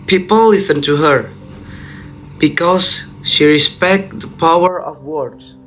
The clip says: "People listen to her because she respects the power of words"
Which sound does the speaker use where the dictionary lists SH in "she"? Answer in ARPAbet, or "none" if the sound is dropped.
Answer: SH